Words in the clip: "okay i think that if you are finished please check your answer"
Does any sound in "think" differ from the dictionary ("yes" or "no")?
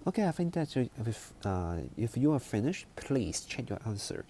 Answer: yes